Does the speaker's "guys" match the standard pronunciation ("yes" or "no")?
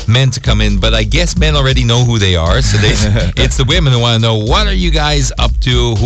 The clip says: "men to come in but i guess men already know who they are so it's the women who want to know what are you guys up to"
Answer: yes